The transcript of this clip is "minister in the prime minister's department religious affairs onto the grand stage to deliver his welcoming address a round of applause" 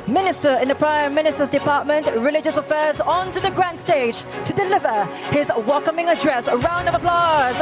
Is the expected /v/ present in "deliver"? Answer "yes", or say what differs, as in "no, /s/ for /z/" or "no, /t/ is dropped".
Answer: yes